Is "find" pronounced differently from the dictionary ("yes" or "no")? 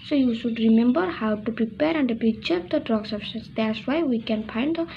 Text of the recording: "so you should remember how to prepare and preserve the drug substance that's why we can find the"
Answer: yes